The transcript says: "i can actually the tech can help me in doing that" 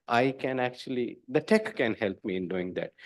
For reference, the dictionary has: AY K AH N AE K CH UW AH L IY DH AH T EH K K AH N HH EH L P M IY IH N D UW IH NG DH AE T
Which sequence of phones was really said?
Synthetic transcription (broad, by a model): AY K AH N AE K CH UW AH L IY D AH T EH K K AH N HH EH L P M IY IH N D UW IH NG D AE T